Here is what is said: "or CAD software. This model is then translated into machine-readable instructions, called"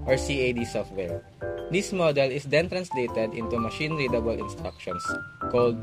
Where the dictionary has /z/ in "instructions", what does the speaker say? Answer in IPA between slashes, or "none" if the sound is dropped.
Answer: /s/